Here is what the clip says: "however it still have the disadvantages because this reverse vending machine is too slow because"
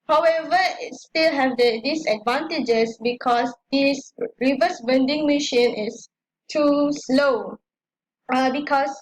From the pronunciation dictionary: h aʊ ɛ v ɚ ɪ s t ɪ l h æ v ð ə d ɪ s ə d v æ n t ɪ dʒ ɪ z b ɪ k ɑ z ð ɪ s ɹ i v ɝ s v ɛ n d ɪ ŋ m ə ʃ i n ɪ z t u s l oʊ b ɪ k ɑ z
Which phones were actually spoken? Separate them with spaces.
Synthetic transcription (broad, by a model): h aʊ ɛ v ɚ ɪ s t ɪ l h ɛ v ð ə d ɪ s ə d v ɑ n t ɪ dʒ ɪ s b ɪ k ɑ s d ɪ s ɹ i v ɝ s b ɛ n d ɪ ŋ m ə ʃ i n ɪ s t u s l oʊ b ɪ k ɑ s